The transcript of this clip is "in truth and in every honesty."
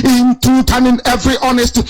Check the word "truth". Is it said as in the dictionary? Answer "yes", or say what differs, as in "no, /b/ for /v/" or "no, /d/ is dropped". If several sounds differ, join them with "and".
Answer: no, /ɹ/ is dropped and /t/ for /θ/